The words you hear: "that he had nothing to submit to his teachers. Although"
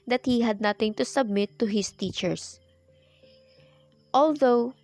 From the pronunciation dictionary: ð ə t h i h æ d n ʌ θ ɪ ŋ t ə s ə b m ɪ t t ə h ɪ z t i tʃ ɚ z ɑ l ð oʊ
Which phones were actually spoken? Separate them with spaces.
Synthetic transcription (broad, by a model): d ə t h i h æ d n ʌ t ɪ ŋ t ə s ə b m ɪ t t ə h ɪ s t i tʃ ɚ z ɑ l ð oʊ